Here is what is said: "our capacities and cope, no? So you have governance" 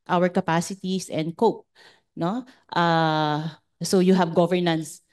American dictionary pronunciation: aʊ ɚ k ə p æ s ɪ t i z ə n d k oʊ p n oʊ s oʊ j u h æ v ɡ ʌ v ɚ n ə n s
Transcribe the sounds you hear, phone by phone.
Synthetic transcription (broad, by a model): aʊ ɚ k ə p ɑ s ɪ t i s ə n d k oʊ p n oʊ s oʊ j u h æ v ɡ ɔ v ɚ n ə n s